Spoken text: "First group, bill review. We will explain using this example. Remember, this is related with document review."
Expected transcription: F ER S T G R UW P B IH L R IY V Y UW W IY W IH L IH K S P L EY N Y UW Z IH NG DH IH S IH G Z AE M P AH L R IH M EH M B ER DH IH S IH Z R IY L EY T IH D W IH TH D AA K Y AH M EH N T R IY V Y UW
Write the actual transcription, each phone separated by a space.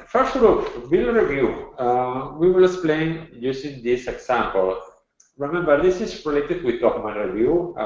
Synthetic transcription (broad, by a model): F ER S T G R UW P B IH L R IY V Y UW W IY W IH L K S P L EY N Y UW S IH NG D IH S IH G S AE M P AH L R IH M EH M B ER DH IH S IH S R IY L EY T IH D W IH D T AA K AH M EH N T R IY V Y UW